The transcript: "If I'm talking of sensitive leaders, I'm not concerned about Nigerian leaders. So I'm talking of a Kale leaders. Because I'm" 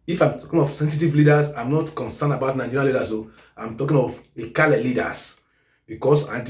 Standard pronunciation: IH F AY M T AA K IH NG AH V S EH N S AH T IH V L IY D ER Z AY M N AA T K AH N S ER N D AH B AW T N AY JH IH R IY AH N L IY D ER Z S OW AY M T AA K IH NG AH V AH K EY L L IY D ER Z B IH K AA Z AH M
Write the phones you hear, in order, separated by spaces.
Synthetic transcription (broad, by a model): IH F AY M T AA K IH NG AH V S EH N S AH T IH V L IY D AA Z AY M N AA T K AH N S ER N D AH B AW T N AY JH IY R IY L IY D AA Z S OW AY M T AA K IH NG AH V AH K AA L L IY D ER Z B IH K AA S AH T